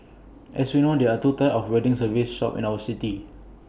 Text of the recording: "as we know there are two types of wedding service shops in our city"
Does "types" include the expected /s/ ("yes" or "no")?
no